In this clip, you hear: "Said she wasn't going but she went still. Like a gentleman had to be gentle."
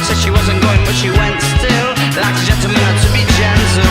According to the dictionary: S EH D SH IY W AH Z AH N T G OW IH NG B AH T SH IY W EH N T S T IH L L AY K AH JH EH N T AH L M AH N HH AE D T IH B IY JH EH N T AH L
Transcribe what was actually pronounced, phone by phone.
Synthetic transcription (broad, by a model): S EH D SH IY W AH Z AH N G OW IH NG B AH T SH IY W EH N T S T IH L L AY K AH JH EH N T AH M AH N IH T IH B IY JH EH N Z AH